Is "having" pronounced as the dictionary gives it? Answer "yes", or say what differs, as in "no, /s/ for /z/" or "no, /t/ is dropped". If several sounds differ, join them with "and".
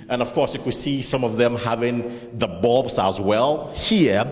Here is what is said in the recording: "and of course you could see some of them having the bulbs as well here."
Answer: yes